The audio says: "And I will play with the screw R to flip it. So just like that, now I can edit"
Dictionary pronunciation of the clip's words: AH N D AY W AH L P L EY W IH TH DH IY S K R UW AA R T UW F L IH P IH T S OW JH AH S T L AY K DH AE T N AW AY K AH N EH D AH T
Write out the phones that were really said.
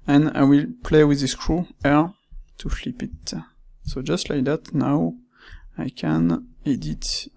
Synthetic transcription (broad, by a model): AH N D AY W AH L P L EY W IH DH IY S K R UW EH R T UW F L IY P IH T S OW JH AH S T L AY K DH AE T N AW AY K AH N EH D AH T